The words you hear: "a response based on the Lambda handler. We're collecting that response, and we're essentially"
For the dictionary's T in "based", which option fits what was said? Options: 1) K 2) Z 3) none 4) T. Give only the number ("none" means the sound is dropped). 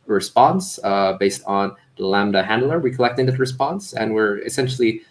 4